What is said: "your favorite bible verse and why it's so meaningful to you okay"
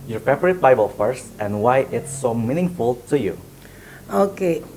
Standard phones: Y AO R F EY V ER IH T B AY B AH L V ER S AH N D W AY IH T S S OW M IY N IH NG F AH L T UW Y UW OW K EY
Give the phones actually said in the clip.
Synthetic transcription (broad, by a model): Y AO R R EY P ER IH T B AY B AH L F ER S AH N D W AY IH T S S OW M IY N IH NG F AH L T UW Y UW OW K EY